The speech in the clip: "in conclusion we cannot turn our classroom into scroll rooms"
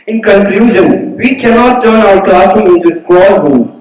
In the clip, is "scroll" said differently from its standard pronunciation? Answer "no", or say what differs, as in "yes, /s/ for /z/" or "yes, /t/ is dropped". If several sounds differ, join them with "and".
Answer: yes, /ɹ/ is dropped